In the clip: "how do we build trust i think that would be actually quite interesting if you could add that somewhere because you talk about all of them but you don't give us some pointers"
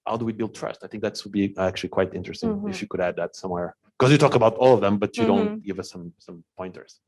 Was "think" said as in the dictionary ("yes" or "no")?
yes